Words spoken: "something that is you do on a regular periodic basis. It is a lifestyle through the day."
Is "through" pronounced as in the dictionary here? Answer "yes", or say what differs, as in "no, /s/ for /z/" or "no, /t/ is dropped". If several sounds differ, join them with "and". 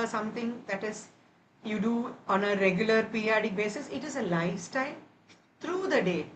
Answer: no, /t/ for /θ/